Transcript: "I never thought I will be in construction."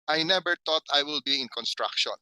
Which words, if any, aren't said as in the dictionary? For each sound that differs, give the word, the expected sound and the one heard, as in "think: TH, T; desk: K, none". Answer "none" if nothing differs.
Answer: never: V, B; thought: TH, T